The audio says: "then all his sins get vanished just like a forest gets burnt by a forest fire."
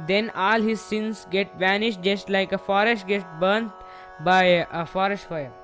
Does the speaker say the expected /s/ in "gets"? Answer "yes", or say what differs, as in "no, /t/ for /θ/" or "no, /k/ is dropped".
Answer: no, /s/ is dropped